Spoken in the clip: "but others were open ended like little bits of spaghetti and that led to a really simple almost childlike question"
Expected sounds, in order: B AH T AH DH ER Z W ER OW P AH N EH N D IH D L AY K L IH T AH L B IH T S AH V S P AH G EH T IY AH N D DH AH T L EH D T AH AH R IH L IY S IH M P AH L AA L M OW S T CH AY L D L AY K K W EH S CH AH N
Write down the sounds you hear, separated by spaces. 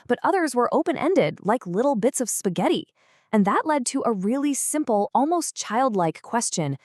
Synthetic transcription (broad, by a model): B AH T AH DH ER Z W ER OW P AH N EH N D IH D L AY K L IH T L B IH T S AH V S P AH G EH T IY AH N DH AH T L EH D T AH AH R IH L IY S IH M P L AA L M OW S T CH AY L D L AY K K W EH S CH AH N